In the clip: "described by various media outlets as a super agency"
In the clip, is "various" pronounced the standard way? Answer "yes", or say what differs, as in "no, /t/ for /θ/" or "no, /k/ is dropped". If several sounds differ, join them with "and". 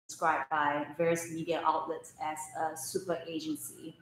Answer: yes